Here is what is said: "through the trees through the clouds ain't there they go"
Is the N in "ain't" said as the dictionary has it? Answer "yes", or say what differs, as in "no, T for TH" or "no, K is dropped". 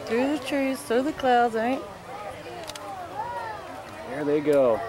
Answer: no, N is dropped